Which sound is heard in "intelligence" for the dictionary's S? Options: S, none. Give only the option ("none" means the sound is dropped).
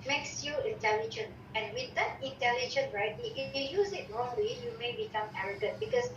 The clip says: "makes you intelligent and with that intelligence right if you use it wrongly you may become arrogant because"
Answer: none